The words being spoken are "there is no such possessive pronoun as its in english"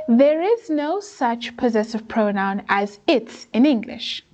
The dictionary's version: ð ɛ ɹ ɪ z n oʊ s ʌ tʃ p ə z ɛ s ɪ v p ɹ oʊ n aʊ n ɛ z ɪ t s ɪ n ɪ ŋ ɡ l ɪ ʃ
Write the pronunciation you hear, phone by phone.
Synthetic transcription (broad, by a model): ð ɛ ɹ ɪ z n oʊ s ʌ tʃ p ə z ɛ s ɪ v p ɹ oʊ n aʊ n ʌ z ɪ t s ɪ n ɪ ŋ ɡ l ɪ ʃ